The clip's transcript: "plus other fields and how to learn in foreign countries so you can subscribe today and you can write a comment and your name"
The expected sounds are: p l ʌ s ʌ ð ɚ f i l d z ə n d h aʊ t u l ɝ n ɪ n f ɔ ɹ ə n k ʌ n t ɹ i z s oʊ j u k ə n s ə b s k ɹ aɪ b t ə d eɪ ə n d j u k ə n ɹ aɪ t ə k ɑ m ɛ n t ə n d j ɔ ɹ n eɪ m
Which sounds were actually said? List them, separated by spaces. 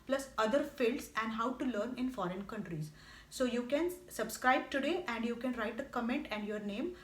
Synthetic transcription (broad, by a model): p l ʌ s ʌ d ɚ f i l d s ə n d h aʊ t u l ɝ n ɪ n f ɔ ɹ ə n k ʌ n t ɹ i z s oʊ j u k ə n s ə b s k ɹ aɪ b t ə d eɪ ə n d j u k ə n ɹ aɪ t ə k ɑ m ɛ n t ə n d j ɔ ɹ n eɪ m